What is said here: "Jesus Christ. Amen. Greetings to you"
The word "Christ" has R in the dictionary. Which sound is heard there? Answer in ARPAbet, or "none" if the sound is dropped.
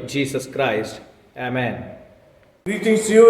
R